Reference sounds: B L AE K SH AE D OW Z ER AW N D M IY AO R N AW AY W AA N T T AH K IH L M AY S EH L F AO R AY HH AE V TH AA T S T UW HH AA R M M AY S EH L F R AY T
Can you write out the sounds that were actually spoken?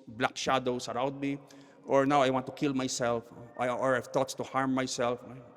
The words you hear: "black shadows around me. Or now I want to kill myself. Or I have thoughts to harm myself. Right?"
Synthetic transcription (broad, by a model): B L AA K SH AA D OW S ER AW N D M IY AO R N AW AY W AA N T T AH K IH L M AY S EH L F AO R AY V T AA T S T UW HH AA R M M AY S EH L F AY